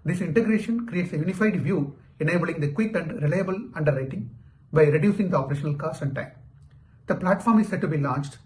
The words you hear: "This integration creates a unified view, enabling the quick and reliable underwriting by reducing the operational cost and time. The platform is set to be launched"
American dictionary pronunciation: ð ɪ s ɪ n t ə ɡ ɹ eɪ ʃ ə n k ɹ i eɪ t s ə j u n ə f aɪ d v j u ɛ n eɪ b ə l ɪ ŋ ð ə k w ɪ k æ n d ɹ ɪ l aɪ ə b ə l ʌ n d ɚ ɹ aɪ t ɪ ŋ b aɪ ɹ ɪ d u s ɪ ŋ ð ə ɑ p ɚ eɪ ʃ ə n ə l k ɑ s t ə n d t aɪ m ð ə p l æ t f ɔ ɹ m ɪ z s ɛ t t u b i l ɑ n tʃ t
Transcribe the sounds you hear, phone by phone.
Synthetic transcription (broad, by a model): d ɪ s ɪ n t ə ɡ ɹ eɪ ʃ ə n k ɹ i eɪ t s ə j u n ə f aɪ d v j u ɛ n eɪ b ə l ɪ ŋ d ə k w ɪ k æ n d ɹ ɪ l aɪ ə b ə l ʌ n d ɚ ɹ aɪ t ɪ ŋ b aɪ ɹ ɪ d u s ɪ ŋ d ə ɑ p ɚ eɪ ʃ ə n ə l k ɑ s ə n d t aɪ m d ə p l æ t f ɔ ɹ m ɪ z s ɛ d t u b i l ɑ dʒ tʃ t